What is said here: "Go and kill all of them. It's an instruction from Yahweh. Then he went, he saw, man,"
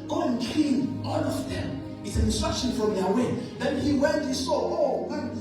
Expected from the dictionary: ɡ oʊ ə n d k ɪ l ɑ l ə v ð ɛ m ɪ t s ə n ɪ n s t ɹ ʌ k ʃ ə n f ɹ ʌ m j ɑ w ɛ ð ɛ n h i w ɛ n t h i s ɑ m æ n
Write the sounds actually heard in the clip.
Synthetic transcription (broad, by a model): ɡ oʊ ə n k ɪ n ɑ l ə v ð ɛ m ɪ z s ə n ɪ n s t ɹ ʌ k ʃ ə n f ɹ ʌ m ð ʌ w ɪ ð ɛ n h i w ɛ n t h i s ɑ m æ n